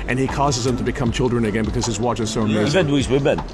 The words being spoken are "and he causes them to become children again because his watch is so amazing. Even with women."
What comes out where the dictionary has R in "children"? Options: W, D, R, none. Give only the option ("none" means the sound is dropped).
R